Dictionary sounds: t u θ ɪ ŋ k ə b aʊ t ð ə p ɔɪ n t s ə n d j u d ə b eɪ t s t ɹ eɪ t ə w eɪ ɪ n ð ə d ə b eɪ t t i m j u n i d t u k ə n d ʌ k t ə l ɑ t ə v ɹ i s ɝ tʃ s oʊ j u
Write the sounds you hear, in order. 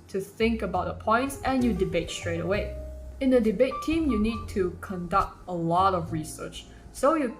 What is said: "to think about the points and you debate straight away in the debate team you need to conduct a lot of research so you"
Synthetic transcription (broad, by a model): t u θ ɪ ŋ k ə b aʊ t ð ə p ɔɪ n t s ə n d j u d ə b eɪ t s t ɹ eɪ t ə w eɪ ɪ n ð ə d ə b eɪ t t i m j u n i d t u k ə n d ʌ k t ə l ɑ t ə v ɹ i s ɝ tʃ s oʊ j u